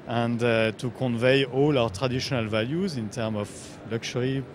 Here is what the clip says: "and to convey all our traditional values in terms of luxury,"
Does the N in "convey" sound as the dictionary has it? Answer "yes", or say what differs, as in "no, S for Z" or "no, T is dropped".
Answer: yes